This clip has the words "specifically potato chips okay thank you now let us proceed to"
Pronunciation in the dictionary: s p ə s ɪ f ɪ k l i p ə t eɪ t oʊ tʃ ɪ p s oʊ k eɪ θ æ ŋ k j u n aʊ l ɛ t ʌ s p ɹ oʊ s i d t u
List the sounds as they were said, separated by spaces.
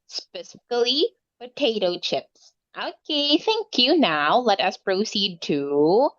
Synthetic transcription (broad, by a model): s p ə s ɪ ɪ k l i p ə t eɪ t oʊ tʃ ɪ p s oʊ k eɪ θ æ ŋ k j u n aʊ l ɛ t ʌ s p ɹ oʊ s i d t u